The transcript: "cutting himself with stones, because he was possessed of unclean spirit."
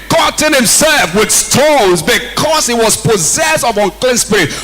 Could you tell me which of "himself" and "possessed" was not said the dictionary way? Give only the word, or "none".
none